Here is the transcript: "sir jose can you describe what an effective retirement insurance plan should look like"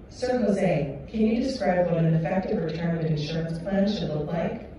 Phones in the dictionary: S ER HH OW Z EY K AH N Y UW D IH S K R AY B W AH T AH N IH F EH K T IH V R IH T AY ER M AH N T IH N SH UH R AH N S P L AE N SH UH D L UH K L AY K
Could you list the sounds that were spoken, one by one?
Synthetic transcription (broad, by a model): S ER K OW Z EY K AH N Y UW D IH S K R AY B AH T AH N IH F EH K T IH V R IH T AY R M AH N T IH N SH UH R AH N S P L AE N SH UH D L UH K L AY K